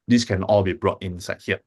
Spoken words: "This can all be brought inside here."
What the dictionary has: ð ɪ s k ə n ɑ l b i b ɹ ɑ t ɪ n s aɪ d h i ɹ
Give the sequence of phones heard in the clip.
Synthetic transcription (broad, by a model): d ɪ s k ə n ɑ l b i b ɹ ɑ t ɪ n s aɪ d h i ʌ